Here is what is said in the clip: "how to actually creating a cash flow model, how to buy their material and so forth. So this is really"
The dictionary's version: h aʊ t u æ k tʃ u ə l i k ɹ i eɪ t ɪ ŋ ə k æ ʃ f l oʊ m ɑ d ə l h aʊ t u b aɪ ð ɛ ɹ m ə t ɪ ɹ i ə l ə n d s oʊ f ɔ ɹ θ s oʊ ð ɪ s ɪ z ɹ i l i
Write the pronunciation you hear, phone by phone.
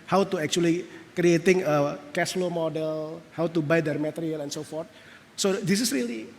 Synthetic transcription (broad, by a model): h aʊ t u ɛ k tʃ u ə l i k ɹ i eɪ t ɪ ŋ ə k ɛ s l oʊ m ɑ d ə l h aʊ t u b aɪ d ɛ ɹ m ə t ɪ ɹ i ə l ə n s oʊ f ɔ ɹ t s oʊ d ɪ s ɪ s ɹ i l i